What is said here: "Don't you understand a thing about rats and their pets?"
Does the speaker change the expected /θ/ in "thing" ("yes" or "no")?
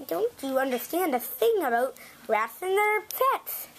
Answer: no